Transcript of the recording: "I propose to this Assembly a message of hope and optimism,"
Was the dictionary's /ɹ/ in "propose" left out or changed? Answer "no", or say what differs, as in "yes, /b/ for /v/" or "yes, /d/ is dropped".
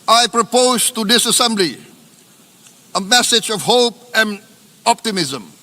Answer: no